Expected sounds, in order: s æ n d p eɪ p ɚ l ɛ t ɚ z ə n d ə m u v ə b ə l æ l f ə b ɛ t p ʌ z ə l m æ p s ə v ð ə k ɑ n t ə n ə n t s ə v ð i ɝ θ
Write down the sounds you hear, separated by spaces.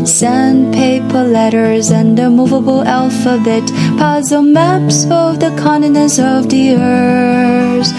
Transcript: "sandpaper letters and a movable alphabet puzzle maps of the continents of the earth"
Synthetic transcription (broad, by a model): s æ n p eɪ p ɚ l ɛ t ɚ z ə n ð ə m u v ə b l æ l f ə b ɛ t p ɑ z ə m æ p s ə v ð ə k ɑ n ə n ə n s ə v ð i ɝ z